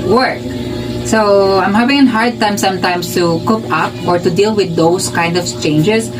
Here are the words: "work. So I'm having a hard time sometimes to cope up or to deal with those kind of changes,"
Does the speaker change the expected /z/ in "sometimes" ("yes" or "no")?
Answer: yes